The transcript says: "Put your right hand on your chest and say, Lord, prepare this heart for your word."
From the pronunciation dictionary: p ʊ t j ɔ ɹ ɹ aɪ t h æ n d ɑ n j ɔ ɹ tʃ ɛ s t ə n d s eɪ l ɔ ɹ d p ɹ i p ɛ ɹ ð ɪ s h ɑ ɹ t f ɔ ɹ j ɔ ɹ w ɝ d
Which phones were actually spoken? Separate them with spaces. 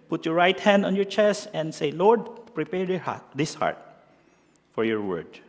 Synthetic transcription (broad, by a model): p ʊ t j ɔ ɹ ɹ aɪ t h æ n d ɑ n j ɔ ɹ tʃ ɛ s t ə n d s eɪ l ɔ ɹ d p ɹ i p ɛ ɹ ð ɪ s h ɑ ɹ t f ɔ ɹ j ɔ ɹ w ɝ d